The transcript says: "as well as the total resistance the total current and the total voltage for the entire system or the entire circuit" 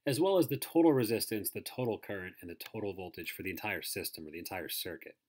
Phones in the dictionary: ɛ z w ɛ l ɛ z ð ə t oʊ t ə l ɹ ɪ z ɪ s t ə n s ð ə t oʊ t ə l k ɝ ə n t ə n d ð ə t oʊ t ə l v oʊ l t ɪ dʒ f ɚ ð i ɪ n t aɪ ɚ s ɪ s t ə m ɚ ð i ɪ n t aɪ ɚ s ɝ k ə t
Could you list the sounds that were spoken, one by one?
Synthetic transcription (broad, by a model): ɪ z w ɛ l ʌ z ð ə t oʊ t l ɹ ɪ z ɪ s t ə n s ð ə t oʊ t l k ɝ ə n t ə n ð ə t oʊ t l v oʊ l t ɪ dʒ f ɚ ð i ɪ n t aɪ ɚ s ɪ s t ə m ɚ ð i ɪ n t aɪ ɚ s ɝ k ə t